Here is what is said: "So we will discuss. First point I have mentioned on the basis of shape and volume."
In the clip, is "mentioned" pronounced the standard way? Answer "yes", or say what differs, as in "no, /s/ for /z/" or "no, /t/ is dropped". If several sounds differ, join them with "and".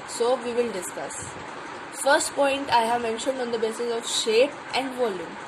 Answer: yes